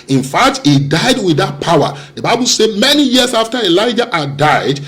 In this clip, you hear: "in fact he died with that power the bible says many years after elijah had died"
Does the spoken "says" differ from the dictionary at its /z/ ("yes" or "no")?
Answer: yes